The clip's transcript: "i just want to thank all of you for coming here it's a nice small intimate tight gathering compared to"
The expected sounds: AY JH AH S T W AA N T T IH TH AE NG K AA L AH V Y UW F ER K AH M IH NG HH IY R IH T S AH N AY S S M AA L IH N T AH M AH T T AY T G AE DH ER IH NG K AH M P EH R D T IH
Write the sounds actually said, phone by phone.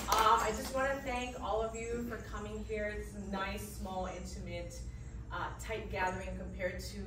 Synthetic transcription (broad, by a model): AY JH AH S T W AA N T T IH TH AE NG K AA L AH V Y UW F ER K AH M IH NG HH IY R IH T S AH N AY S S M AA L IH N T AH M AH T T AY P G AE DH ER IH NG K AH M P EH R D T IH